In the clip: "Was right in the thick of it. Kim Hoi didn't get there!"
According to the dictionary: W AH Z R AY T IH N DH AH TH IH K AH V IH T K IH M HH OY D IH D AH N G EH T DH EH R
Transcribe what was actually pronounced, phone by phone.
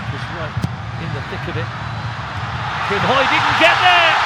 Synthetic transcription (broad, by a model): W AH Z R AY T IH N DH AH TH IH K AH B IH T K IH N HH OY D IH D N G EH T DH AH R